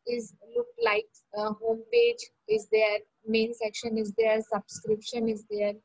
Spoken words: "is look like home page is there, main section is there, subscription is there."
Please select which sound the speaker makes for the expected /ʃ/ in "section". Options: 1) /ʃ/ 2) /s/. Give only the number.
1